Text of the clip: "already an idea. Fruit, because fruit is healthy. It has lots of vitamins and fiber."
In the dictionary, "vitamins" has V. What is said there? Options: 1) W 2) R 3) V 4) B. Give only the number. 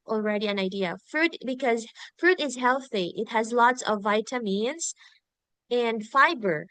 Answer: 3